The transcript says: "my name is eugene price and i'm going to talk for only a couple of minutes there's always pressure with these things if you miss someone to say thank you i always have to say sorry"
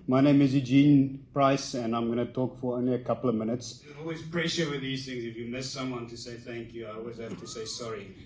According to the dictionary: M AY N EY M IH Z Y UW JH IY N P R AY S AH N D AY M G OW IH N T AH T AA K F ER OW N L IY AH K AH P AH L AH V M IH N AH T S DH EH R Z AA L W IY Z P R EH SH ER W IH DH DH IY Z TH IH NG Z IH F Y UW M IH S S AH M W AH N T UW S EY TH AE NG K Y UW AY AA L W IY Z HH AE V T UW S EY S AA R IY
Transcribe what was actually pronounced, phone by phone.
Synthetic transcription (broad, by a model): M AY N EY M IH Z Y UW JH IY N P R AY S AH N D AY M G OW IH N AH T AA K F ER OW N L IY AH K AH P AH L AH V M IH N AH T S AA L W IY Z P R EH SH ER W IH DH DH IY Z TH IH NG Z IH F Y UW M IH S S AH M W AH N T UW S EY TH AE NG K Y UW AY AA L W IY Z HH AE F T UW S EY S AA R IY